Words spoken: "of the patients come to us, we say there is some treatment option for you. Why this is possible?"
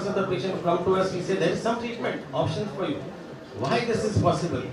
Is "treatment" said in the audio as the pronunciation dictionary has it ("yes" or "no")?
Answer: yes